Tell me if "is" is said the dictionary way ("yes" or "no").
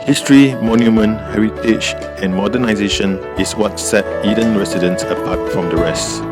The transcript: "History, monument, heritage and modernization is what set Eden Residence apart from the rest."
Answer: no